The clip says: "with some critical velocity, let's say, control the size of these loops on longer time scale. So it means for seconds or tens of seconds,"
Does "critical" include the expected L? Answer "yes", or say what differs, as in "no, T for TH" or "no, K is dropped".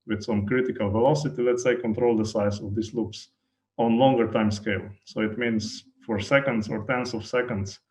yes